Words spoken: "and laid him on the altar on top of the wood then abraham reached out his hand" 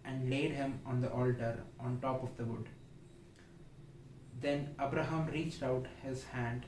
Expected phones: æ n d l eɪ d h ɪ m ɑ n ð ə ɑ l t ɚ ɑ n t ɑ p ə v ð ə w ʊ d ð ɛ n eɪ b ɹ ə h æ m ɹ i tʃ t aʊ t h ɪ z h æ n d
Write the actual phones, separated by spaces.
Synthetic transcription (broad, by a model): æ n d l eɪ d h ɪ m ɑ n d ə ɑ l t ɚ ɑ n t ɑ p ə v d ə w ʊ d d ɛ n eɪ b ɹ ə h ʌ m ɹ i tʃ t aʊ t h ɪ z h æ n d